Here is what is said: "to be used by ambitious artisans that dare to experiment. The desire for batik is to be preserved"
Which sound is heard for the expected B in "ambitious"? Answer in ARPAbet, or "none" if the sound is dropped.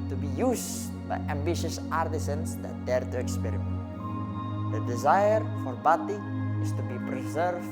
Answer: B